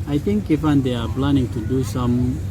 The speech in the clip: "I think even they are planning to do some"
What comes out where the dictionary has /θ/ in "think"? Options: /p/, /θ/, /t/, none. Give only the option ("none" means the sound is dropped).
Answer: /t/